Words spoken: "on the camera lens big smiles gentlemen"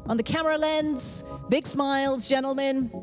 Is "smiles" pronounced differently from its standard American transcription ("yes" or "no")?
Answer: no